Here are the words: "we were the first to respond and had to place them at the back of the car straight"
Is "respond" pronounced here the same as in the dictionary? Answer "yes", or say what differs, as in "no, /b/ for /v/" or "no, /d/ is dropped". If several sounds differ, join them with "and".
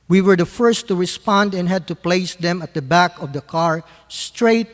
yes